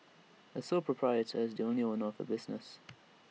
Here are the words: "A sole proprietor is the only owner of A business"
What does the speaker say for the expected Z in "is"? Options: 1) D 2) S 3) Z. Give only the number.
3